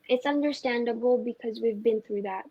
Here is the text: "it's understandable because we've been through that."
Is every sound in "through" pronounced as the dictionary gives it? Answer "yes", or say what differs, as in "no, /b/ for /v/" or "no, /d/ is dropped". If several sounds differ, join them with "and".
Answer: yes